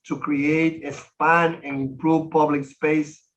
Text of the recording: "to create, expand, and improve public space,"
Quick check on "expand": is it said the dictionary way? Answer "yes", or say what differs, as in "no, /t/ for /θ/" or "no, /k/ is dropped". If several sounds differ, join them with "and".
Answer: no, /k/ is dropped